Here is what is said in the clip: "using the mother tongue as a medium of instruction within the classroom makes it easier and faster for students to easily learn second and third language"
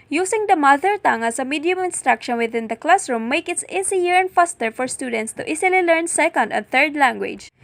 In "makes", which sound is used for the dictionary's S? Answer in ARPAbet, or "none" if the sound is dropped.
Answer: none